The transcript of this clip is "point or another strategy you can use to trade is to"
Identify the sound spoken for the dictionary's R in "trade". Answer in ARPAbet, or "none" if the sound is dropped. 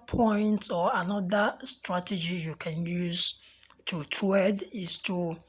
none